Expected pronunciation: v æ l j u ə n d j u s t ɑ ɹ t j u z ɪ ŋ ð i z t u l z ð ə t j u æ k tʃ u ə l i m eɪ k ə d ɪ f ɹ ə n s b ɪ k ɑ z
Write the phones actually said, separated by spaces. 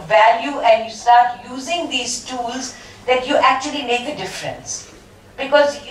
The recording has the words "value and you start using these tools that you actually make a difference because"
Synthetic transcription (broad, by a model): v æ l j u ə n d j u s t ɑ ɹ t j u z ɪ ŋ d i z t u l z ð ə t j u æ k tʃ u ə l i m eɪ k ə d ɪ f ɹ ə n s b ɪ k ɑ z